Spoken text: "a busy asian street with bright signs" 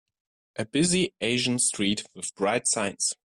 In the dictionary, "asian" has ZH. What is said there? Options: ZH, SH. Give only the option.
ZH